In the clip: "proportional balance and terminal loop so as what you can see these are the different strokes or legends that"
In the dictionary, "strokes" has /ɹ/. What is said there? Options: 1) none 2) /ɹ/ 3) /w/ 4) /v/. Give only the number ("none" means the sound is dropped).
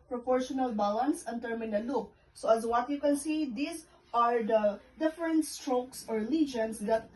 2